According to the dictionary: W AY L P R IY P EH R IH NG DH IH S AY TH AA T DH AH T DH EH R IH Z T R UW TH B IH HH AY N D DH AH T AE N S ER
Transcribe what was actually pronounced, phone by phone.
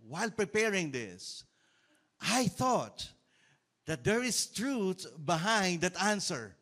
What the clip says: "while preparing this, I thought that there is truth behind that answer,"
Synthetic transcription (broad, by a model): W AY L P R IY P EH R IH NG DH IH S AY TH AA T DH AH T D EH R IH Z T R UW T B IH HH AY N D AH T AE N S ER